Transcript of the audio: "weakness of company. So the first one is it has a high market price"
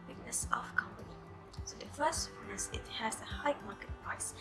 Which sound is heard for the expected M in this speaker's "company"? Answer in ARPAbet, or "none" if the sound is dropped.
M